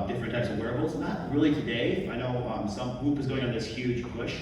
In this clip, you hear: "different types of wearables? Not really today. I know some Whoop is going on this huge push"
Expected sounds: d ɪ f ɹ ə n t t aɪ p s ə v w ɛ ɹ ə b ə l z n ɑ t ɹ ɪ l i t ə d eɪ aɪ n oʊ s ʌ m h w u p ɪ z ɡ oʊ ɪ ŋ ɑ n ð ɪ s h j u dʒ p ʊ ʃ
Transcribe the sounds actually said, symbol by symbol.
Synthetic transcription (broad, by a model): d ɪ f ɹ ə n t t aɪ p s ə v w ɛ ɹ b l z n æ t ɹ ɪ l i t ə d eɪ aɪ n oʊ s ʌ m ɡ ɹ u p ɪ z ɡ oʊ ɪ ŋ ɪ n ð ɪ s h j u dʒ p ʊ ʃ